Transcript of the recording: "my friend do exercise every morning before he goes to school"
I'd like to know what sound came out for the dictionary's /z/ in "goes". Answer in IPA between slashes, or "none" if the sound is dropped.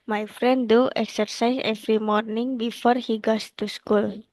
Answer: /s/